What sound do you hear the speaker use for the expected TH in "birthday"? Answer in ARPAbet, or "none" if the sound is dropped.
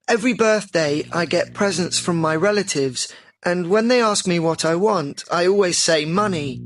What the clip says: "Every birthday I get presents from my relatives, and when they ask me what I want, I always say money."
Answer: TH